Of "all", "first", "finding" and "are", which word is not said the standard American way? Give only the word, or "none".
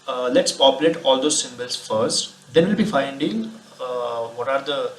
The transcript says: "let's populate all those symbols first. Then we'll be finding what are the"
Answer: none